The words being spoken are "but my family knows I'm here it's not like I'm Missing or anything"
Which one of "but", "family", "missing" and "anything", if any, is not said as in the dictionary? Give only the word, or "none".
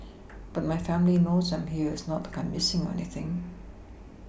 none